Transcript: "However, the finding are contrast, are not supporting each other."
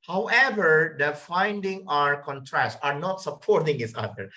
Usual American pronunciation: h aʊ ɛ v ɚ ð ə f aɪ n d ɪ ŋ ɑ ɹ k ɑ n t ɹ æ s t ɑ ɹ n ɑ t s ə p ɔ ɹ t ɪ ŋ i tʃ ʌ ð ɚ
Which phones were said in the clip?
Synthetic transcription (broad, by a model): h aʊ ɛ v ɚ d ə f aɪ n d ɪ ŋ ɑ ɹ k ɑ n t ɹ æ s t ɑ ɹ n ɑ t s ə p ɔ ɹ t ɪ ŋ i s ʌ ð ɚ